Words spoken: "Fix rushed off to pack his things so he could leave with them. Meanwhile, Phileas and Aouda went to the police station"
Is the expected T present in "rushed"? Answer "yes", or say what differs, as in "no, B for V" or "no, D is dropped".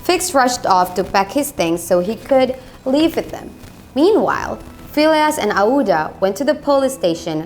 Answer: yes